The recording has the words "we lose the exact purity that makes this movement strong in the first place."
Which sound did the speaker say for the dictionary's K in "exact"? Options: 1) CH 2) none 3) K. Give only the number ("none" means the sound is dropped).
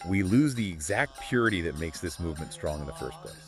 3